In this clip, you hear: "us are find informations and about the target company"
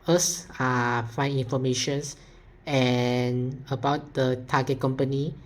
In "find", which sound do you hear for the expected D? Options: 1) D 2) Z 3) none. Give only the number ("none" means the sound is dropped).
3